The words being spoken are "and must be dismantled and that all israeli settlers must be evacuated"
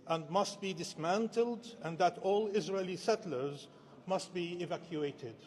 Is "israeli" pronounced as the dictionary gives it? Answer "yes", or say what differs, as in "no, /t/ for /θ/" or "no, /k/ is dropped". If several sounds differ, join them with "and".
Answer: yes